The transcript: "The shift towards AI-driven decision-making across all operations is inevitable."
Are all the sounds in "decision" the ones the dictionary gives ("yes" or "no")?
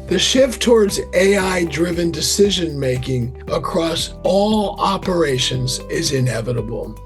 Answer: yes